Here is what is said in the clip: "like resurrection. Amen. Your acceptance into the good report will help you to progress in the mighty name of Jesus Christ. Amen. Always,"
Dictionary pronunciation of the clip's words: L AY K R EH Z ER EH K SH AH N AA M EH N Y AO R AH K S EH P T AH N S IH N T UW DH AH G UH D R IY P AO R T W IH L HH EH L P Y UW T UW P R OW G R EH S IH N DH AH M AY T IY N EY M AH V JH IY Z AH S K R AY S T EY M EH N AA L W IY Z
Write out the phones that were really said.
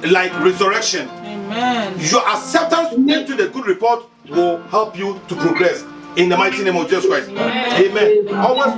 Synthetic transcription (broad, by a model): L AY K R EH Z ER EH K SH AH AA N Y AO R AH S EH T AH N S IH N T UW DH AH G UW D R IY P AO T W IH L HH EH L P Y UW T UW P R OW G R EH S IH N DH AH M AY T IY N EY M AH V JH IY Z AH S K R AY S T EY M EH N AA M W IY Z